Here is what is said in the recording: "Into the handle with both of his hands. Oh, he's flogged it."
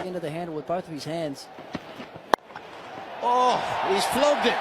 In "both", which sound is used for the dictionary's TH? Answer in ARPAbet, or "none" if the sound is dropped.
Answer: TH